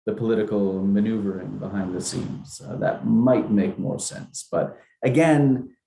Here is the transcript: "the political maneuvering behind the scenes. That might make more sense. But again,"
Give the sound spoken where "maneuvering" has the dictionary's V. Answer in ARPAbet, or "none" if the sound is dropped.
V